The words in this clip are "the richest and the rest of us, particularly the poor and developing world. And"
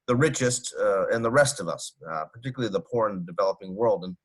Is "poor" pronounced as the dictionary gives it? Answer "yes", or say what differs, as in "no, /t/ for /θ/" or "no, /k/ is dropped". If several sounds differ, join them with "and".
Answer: yes